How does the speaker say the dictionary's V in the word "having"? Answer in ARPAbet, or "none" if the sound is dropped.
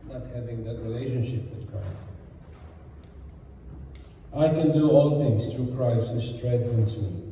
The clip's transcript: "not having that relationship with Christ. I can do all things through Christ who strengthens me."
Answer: V